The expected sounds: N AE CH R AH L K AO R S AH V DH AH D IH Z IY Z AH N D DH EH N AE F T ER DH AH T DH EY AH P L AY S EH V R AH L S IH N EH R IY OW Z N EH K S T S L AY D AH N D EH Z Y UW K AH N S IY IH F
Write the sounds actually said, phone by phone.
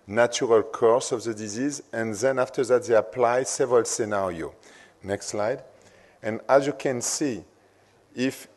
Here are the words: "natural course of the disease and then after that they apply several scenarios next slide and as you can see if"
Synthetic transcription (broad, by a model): N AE CH R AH L K AO R S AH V DH AH D IH Z IY Z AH N DH EH N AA F T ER DH AH T DH EY AH P L AY S EH V R AH L S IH N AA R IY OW N EH K S T S L AY D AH N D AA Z Y UW K AH N S IY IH F